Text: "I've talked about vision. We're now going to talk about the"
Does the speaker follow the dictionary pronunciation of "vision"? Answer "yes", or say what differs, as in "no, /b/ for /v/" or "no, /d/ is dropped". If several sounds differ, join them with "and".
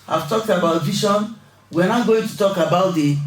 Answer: no, /ʃ/ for /ʒ/